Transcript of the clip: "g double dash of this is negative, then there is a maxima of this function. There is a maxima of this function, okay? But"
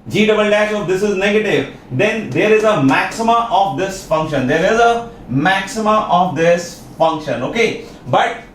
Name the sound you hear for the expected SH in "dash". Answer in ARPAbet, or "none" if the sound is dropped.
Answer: S